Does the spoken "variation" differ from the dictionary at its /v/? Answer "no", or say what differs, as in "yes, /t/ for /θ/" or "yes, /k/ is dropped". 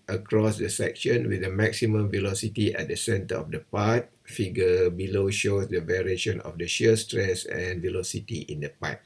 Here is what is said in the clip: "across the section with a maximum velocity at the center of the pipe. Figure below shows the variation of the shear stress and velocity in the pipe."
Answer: no